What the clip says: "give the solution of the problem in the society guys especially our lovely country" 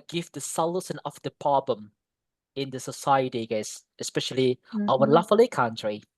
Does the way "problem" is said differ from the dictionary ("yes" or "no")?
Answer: yes